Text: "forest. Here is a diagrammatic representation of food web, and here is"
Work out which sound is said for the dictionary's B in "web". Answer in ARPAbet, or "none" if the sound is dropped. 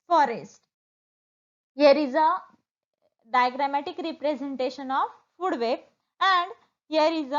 none